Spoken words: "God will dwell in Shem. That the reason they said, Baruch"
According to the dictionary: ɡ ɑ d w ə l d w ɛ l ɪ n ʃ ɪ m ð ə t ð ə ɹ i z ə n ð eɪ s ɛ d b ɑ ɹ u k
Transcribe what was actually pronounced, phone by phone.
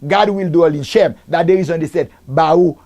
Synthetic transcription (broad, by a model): ɡ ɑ d w ə l d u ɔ l ɪ n ʃ ɪ m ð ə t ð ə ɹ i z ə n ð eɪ s ɛ d b ɑ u